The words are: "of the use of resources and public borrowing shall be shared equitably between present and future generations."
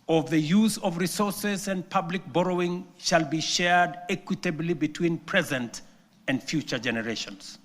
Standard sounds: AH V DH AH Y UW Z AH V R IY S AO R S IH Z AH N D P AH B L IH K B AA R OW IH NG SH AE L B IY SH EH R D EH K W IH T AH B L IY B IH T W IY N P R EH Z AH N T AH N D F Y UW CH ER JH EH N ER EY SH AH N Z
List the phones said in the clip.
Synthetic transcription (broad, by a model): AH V DH AH Y UW Z AH V R IY S AO R S IH Z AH N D P AH B L IH K B AA R OW IH NG SH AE L B IY SH EH R D EH K W IH T AH B L IY B IH T W IY N P R EH Z AH N T AH N D F Y UW CH ER JH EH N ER EY SH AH N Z